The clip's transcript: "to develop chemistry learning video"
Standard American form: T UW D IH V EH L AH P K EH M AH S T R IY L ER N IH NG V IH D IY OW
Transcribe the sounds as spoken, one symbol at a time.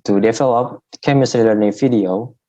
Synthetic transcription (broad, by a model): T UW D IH F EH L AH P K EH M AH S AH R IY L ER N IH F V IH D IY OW